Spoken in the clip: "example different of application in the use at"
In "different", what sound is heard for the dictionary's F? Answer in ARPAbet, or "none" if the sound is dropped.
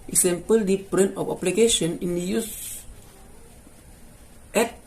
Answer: P